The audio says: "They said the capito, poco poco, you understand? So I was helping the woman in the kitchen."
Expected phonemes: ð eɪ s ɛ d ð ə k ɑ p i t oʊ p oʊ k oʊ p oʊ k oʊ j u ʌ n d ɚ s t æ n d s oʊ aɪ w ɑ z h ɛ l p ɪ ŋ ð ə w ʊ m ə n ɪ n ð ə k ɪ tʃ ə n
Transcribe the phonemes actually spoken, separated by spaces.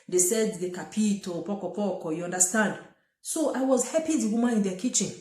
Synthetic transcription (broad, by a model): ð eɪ s ɛ d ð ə k ɑ p i t oʊ p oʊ k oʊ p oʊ k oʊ j u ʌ n d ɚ s t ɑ n d s oʊ aɪ w ɑ z h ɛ p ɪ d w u m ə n ɪ n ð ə k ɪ tʃ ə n